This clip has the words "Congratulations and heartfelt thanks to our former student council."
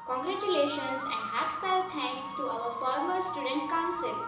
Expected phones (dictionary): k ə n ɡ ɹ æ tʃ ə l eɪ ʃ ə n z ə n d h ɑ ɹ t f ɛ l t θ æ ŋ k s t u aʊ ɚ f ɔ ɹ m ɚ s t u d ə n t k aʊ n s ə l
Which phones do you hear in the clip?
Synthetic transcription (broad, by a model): k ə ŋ ɡ ɹ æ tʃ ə l eɪ ʃ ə n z ə n d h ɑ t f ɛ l t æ ŋ k s t u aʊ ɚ f ɔ ɹ m ɚ s t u d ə n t k aʊ n s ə l